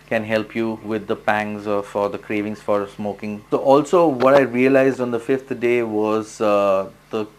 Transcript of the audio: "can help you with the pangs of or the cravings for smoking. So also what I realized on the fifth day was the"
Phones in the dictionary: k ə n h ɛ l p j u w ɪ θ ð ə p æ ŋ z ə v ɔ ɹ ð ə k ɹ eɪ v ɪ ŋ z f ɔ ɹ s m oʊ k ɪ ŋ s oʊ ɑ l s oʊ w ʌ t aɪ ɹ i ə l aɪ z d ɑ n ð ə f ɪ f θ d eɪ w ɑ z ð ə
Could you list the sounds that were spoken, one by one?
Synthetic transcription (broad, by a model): k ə n h ɛ l p j u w ɪ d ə p æ ŋ z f ɔ ɹ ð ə k ɹ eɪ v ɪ ŋ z f ɔ ɹ s m oʊ k ɪ ŋ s oʊ ɑ l s oʊ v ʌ t aɪ ɹ i ə l aɪ z d ɑ n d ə f ɪ f t d eɪ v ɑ z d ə